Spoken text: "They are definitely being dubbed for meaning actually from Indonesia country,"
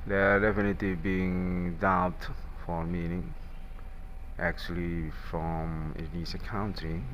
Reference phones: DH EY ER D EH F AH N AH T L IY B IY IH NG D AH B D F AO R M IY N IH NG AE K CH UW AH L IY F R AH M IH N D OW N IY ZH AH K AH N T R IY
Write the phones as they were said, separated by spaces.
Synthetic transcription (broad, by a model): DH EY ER D EH F AH N AH T L IY B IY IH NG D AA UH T F AO R M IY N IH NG AE K CH UW AH L IY F R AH M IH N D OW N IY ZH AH K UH N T R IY